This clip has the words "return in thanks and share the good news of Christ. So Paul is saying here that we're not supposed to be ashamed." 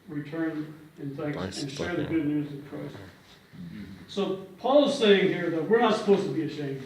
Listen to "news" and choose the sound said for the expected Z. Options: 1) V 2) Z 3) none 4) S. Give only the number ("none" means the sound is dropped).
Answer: 2